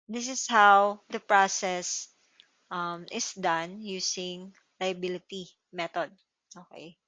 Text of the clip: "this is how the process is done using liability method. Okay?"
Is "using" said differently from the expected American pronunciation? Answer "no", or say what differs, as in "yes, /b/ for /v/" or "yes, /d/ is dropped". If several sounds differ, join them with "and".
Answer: yes, /s/ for /z/